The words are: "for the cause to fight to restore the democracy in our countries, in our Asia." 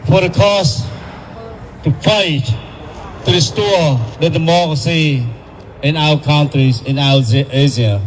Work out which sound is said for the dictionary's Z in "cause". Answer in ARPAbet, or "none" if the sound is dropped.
S